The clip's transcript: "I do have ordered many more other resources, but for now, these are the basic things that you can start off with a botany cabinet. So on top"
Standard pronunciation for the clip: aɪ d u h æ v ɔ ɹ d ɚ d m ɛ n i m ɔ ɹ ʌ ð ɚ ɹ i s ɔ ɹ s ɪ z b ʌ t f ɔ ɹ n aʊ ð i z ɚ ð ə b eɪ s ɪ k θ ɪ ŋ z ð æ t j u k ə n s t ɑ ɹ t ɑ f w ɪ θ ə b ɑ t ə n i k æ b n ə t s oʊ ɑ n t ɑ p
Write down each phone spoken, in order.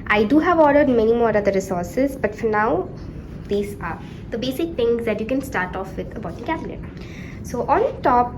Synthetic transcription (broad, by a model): aɪ d u h æ v ɔ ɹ d ɚ d m ɛ n i m ɔ ɹ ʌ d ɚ ɹ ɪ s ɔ ɹ s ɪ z b ʌ t f ɔ ɹ n aʊ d i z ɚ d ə b eɪ s ɪ k t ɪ ŋ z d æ t j u k ə n s t ɑ ɹ t ɑ f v ɪ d ə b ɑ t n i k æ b l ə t s oʊ ɑ n t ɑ p